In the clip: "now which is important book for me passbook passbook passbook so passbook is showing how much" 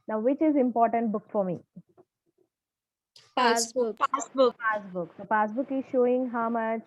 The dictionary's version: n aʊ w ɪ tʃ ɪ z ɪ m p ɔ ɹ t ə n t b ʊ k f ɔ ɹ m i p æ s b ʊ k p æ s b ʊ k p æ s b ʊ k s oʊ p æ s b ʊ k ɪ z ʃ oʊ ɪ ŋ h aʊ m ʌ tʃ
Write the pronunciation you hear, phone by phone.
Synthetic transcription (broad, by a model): n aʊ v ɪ tʃ ɪ z ɪ m p ɔ ɹ t ə n t b ʊ k f ɔ ɹ m i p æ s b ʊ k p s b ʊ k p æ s b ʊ k s oʊ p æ s b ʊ k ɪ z ʃ oʊ ɪ ŋ h aʊ m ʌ tʃ